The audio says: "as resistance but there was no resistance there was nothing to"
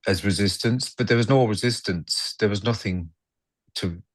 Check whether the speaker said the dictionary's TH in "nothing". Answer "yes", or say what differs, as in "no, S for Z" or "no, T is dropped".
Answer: yes